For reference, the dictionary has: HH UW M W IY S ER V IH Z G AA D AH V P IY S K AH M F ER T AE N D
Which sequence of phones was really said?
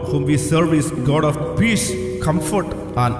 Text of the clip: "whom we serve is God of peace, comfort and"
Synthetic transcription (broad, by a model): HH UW M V IY S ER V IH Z G AA D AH F P IY S K AH M F ER T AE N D